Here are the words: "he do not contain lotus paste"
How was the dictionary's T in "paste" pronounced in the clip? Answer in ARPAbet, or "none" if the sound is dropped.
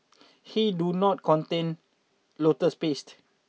T